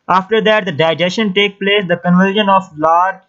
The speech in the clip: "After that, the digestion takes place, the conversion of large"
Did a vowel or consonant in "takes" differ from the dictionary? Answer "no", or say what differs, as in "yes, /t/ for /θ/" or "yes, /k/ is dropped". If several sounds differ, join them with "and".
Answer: yes, /s/ is dropped